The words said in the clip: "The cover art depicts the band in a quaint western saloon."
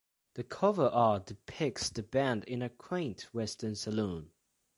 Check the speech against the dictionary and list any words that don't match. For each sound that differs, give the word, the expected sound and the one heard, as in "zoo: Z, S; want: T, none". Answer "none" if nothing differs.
none